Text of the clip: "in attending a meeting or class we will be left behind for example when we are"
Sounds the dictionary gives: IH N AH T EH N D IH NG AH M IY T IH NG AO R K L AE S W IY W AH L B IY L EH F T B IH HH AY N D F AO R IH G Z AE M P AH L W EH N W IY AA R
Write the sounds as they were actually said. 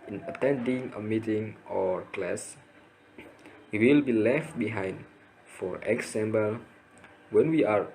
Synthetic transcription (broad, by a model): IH N AH T EH N D IH NG AH M IY T IH NG AO R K L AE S W IY W AH L B IY L EH F T B IH HH AY N D F AO R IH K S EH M B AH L W EH N W IY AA R